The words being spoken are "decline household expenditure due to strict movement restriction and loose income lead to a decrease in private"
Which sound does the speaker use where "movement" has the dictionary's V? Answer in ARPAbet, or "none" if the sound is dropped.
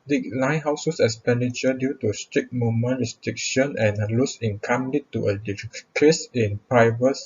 none